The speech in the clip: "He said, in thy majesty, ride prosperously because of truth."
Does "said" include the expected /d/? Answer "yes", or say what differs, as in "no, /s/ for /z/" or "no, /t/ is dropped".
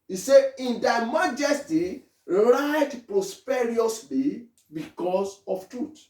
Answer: no, /d/ is dropped